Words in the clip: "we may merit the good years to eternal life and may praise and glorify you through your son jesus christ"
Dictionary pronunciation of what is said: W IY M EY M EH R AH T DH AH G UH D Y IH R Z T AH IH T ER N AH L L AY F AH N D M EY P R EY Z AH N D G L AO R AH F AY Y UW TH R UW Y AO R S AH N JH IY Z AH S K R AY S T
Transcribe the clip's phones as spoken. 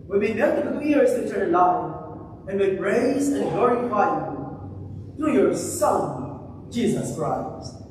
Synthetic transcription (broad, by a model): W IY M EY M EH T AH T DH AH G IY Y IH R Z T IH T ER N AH N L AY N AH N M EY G R EY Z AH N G L AO R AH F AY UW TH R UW Y AO R S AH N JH IY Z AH S K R AY S T